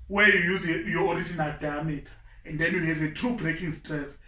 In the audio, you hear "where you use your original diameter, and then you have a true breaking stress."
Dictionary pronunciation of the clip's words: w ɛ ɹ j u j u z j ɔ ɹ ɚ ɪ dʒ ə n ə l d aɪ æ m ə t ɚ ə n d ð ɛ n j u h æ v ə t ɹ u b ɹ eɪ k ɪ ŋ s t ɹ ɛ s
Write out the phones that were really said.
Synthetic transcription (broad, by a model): w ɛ j u j u z j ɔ ɹ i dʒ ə n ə l d aɪ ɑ m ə t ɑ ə n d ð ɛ n j u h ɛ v ə t u b ɹ eɪ k ɪ ŋ s t ɹ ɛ s